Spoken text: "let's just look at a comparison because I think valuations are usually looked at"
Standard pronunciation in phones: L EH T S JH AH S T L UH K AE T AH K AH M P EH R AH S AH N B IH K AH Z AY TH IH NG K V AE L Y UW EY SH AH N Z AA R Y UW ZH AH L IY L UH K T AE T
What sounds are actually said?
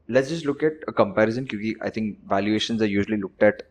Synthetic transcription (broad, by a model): L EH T S JH AH S T L UH K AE T AH K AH M P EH R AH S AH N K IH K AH AY T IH NG K V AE L Y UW EY SH AH N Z AA R Y UW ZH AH L IY L UH K T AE T